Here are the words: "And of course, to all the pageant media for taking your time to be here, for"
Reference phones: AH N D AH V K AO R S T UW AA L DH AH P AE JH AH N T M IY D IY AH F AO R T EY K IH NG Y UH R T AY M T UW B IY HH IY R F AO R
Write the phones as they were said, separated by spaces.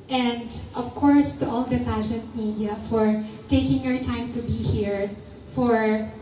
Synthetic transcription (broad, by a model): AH N D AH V K AO R S T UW AA L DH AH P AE SH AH N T M IY D IY AH F AO R T EY K IH NG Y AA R T AY M T UW B IY HH IY R F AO R